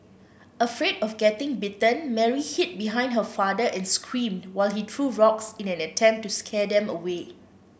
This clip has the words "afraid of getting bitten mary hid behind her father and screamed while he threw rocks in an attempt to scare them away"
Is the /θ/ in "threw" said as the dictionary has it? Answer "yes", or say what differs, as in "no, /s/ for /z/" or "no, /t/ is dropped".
no, /t/ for /θ/